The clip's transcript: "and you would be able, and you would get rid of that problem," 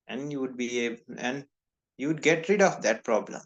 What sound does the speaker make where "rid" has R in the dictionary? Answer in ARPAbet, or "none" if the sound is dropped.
R